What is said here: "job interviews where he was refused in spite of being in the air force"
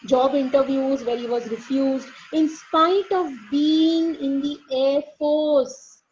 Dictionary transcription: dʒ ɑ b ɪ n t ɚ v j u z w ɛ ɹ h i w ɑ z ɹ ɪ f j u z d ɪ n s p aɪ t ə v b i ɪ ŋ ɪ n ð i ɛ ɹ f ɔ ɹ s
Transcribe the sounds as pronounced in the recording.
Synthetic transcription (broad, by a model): dʒ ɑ b ɪ n t ɚ v j u z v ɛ ɹ h i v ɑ z ɹ ɪ f j u z d ɪ n s p aɪ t ə v b i ɪ ŋ ɪ n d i ɛ ɹ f ɔ ɹ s